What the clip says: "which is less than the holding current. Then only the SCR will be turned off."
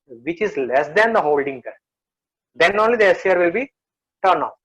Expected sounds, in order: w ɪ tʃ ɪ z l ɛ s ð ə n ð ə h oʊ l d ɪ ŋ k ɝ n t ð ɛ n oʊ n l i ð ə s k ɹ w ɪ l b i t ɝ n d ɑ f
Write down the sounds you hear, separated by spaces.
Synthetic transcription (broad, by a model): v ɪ tʃ ɪ z l ɛ s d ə n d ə h oʊ l d ɪ ŋ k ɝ t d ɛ n oʊ n l i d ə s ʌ ɹ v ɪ l b i t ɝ n ɑ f